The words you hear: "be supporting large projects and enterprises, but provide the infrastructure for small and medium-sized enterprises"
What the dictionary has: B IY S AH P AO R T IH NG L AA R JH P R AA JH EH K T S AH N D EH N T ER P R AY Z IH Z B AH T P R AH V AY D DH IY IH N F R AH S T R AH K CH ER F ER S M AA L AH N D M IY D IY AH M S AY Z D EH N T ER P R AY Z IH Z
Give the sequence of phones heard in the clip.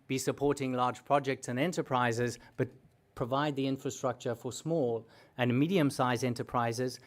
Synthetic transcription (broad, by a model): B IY S AH P AO R T IH NG L AA R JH P R AA JH EH K T S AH N EH N T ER P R AY Z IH Z B AH T P R AH V AY D DH IY IH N F R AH S T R AH K CH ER F ER S M AA L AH N M IY D IY AH M S AY Z EH N T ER P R AY Z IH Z